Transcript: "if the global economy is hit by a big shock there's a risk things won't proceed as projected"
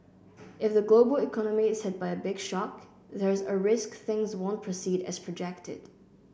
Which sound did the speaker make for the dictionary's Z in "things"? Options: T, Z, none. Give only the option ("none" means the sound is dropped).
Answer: Z